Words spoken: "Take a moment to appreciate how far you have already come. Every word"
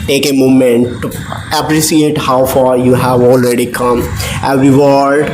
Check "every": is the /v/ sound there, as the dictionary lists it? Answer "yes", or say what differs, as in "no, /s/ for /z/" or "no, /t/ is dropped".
no, /v/ is dropped